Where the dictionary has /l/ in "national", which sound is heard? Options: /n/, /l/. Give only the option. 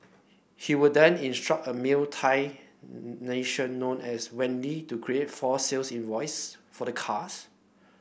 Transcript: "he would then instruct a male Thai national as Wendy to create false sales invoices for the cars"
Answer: /n/